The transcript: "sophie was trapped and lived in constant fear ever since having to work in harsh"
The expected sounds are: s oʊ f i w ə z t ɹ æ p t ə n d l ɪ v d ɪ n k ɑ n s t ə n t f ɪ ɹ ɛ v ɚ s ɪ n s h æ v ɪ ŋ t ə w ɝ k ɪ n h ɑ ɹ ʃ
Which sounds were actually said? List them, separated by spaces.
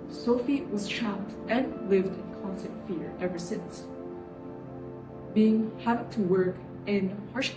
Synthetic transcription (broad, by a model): s oʊ f i w ə z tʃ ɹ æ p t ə n l ɪ v d ɪ n k ɑ n s t ə n t f ɪ ɹ ɛ v ɚ s ɪ n s h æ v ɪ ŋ t ə w ɝ k ɪ n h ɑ ɹ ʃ